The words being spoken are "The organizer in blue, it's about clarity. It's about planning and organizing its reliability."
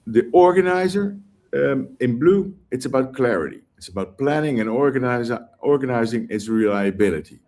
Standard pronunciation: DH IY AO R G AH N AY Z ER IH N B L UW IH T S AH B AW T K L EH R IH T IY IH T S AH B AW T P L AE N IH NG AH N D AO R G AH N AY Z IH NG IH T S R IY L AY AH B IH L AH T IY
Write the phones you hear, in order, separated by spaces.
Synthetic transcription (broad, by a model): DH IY AO R G AH N AY Z ER IH N B L UW IH T S AH B AW T K L EH R IH T IY IH T S AH B AW T P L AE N IH NG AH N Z AO R G AH N AY Z IH NG IH T S R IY L AY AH B IH L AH T IY